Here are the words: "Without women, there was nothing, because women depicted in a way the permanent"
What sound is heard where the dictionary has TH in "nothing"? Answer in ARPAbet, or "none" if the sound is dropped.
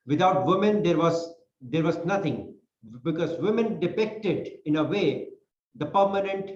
T